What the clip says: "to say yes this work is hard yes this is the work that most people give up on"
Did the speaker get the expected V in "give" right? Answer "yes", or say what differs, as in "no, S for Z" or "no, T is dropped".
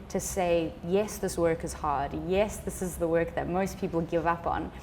yes